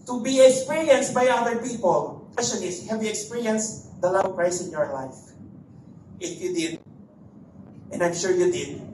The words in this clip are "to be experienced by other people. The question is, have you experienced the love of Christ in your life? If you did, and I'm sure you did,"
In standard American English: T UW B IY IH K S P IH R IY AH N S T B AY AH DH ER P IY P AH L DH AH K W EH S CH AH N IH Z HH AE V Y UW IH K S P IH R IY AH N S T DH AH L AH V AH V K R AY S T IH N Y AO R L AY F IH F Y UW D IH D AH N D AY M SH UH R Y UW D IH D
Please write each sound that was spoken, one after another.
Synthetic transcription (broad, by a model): T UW B IY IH K S P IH R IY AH N S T B AY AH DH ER P IY P AH L K W EH S CH AH N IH S HH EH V Y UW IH K S P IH R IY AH N S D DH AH L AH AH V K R AY S IH N Y AO R L AY F IH F Y UW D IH D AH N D AY M SH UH R Y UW D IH D